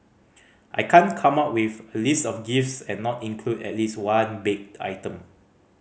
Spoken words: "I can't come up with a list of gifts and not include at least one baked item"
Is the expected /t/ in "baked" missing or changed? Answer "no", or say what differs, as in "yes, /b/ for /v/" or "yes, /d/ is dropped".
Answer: yes, /t/ is dropped